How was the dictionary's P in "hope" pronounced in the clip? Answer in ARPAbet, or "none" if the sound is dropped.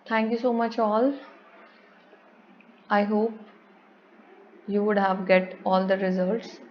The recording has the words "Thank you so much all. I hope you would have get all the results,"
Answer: P